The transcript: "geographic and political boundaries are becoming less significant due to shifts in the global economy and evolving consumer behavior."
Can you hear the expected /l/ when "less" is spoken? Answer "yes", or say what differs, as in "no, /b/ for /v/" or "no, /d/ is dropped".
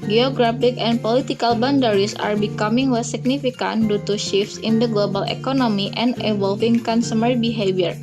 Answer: no, /w/ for /l/